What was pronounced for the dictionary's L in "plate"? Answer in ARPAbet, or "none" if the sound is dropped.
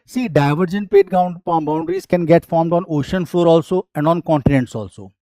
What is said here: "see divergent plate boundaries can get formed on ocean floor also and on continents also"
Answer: none